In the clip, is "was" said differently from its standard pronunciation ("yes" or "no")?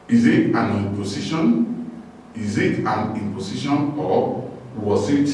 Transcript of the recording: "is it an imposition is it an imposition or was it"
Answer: yes